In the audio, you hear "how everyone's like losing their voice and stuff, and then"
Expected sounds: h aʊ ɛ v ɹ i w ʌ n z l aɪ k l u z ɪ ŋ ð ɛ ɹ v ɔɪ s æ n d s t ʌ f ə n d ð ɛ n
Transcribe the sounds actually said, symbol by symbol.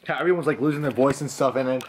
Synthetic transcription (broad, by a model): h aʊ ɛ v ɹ i w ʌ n z l aɪ k l u z ɪ ŋ ð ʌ ɹ v ɔɪ s n s t ʌ f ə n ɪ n